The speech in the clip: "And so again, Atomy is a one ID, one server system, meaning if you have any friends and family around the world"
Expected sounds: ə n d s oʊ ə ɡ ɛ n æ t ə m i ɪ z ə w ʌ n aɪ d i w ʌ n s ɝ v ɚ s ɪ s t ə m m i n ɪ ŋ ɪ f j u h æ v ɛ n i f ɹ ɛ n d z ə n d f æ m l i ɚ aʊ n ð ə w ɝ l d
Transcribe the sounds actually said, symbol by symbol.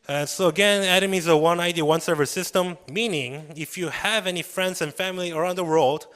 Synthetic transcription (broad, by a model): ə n s oʊ ə ɡ ɛ n æ t ə m i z ə w ʌ n aɪ d i w ʌ n s ɝ v ɚ s ɪ s t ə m m i n ɪ ŋ ɪ f j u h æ v ɛ n i f ɹ ɛ n d z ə n f æ m l i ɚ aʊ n ð ə w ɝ l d